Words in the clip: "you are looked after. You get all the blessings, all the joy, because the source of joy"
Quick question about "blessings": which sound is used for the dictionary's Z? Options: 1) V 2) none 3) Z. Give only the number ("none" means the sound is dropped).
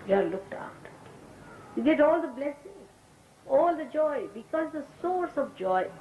2